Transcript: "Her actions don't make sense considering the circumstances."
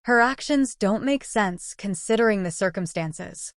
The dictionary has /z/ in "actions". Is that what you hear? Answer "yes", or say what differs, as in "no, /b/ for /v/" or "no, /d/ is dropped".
yes